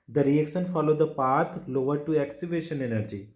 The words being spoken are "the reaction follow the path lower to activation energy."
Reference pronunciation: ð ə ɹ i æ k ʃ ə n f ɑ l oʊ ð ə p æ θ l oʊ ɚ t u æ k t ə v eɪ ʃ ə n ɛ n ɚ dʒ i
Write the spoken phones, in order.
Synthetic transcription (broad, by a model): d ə ɹ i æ k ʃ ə n f ɑ l oʊ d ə p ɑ t l oʊ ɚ t u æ k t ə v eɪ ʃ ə n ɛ n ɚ dʒ i